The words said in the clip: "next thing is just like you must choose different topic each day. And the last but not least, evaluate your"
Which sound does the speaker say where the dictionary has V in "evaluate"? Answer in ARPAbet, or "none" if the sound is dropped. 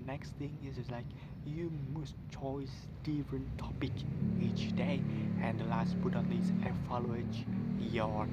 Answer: F